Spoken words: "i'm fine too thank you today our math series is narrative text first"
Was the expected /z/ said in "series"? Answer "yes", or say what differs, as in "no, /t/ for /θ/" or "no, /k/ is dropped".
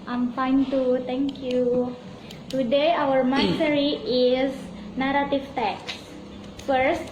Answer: no, /z/ is dropped